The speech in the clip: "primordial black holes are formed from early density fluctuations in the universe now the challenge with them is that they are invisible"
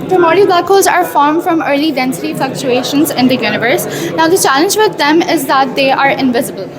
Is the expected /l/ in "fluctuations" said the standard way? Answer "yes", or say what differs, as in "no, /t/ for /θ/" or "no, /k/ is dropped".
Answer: yes